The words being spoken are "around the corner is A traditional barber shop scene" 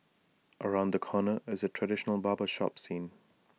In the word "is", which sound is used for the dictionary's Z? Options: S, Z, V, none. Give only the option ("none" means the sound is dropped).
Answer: Z